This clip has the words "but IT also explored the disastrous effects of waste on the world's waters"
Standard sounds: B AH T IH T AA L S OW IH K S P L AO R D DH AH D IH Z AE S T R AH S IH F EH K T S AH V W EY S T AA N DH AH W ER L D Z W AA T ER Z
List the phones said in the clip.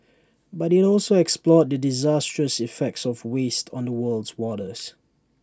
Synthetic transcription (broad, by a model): B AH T IH T AA L S OW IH K S P L AO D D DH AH D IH Z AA S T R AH S IH F EH K T S AH V W EY S T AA N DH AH W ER L D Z W AA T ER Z